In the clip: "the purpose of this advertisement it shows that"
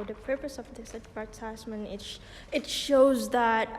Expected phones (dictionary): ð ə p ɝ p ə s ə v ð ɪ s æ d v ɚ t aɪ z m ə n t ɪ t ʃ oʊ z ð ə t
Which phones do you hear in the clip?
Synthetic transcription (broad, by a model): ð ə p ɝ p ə s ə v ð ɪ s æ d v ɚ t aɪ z m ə n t ɪ t ʃ oʊ z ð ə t